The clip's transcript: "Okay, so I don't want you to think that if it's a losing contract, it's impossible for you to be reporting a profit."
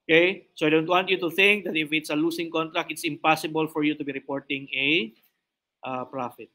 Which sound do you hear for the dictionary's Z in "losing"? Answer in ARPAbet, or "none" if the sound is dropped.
S